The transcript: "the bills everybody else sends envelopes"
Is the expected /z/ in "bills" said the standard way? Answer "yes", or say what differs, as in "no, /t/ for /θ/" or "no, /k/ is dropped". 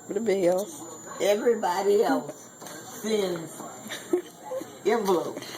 no, /s/ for /z/